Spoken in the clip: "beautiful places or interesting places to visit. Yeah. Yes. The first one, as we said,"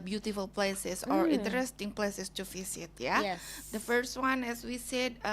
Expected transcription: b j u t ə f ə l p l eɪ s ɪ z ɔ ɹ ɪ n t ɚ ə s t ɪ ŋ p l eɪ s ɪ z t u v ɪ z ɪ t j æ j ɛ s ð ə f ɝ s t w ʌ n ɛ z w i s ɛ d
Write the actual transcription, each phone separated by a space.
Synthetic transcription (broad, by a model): b j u t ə f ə l p l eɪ s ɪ s ɔ ɹ ɪ n t ɚ ə s t ɪ ŋ p l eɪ s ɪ s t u f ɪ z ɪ t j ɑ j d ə f ɝ s t w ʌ n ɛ s w i s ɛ d